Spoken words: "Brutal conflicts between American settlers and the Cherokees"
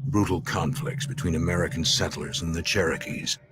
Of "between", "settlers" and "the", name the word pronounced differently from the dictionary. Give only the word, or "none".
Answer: none